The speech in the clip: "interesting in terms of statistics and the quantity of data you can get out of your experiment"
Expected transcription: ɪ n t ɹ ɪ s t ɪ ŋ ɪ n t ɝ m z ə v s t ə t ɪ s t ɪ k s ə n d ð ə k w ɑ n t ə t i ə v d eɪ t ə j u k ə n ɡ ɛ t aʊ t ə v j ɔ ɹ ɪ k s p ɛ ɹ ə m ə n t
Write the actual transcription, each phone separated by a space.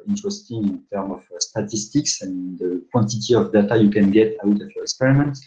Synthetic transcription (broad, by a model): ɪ n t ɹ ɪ s t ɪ ŋ ɪ n t ɝ m ə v s t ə t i s t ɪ k s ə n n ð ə k w ɑ n t ə t i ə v d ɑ t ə j u k ə n ɡ ɛ t aʊ t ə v j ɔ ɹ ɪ k s p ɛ ɹ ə m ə n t